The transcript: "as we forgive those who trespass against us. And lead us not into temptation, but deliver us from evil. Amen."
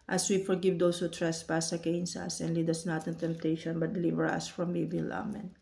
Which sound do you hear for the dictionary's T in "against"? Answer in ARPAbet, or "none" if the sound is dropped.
none